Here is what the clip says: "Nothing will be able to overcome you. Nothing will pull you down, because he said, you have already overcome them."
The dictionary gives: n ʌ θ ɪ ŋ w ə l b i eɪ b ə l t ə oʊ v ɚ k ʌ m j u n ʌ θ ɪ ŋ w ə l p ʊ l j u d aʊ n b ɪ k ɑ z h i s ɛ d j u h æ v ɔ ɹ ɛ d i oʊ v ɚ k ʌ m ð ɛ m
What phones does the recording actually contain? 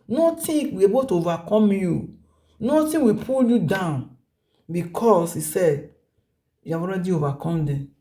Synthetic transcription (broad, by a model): n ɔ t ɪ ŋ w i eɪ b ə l t ə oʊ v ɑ k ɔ m j u n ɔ t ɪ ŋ w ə p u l j u d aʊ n b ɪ k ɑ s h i s ɛ d j u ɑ w ɔ ɹ ɛ d i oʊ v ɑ k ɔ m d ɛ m